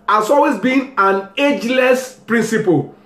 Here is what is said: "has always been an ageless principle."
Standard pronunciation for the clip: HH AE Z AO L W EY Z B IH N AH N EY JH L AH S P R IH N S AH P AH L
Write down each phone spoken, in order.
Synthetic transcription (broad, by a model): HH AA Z AO L W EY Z B IH N AH N EY JH L AH S P R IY N S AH P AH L